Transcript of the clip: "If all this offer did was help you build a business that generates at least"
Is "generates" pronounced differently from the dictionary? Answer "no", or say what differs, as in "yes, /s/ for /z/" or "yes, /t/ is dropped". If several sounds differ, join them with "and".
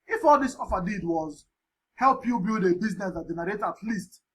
yes, /s/ is dropped